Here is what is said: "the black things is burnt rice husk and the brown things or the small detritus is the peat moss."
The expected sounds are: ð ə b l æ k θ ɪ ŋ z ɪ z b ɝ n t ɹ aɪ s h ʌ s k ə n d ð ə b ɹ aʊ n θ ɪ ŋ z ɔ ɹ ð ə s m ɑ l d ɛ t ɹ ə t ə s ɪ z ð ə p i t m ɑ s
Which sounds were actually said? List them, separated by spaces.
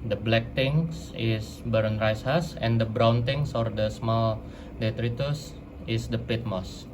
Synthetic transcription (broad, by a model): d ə b l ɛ k t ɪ ŋ s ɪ s b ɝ n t ɹ aɪ s h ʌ s ə n d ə b ɹ aʊ n t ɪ ŋ s ɔ ɹ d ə s m ɑ l d ɛ t ɹ ə t ə s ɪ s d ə p i t m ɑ s